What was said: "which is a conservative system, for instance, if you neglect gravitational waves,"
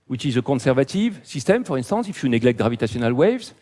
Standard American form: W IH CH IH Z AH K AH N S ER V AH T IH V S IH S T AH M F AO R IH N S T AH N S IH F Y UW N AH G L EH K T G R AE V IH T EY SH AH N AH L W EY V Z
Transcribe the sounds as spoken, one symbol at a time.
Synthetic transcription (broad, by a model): W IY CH IH Z AH K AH S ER V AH T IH V S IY S T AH M F AO R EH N S T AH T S IH F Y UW N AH G L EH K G R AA V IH T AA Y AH N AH L W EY V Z